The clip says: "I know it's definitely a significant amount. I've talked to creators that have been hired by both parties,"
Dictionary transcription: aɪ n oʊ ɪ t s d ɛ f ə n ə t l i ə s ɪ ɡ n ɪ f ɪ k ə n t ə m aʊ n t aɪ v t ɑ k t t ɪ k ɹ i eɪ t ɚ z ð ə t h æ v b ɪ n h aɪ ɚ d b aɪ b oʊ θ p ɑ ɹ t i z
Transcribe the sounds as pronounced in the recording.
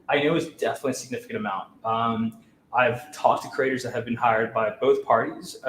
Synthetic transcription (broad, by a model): aɪ n oʊ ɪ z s d ɛ f ə n ə t l i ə s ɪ ɡ n ɪ f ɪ k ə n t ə m aʊ n t aɪ v t ɑ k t t ɪ k ɹ i eɪ t ɚ z ð ə t h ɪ v b ɪ n h aɪ ɚ d b aɪ b oʊ θ p ɑ ɹ t i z